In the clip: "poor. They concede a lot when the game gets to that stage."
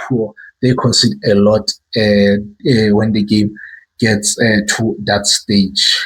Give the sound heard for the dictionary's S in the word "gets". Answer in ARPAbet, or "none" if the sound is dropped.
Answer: S